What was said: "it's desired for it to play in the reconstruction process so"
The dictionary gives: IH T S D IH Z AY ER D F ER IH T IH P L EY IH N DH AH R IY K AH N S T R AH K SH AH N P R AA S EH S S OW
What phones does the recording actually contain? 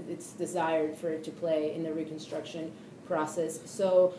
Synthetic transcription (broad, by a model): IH T S D IH Z AY ER D F ER IH T IH P L EY IH N DH AH R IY K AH N S T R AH K SH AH N P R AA S EH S S OW